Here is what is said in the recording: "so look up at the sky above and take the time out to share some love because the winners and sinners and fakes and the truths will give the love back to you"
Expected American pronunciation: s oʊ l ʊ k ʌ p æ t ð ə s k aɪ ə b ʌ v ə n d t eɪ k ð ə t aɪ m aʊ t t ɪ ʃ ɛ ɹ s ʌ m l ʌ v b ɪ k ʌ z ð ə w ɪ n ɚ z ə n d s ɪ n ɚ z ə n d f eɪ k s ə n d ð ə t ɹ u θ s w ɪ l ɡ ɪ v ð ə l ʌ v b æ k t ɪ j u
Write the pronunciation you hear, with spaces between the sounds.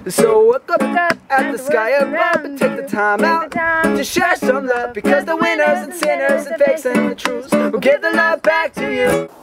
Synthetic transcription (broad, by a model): s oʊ w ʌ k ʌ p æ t ð ə s k aɪ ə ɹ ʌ b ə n t eɪ k ð ə t aɪ m aʊ t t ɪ ʃ ɛ ɹ s ʌ m l ʌ v b ɪ k ʌ z ð ə w ɪ n ɚ z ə n s ɪ n ɚ z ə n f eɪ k s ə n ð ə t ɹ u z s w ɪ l ɡ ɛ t ð ə l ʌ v b æ k t ɪ j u